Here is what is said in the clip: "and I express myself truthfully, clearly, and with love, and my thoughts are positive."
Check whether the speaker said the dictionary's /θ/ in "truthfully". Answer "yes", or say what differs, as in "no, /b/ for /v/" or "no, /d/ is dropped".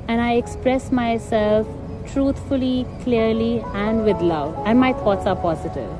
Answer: no, /t/ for /θ/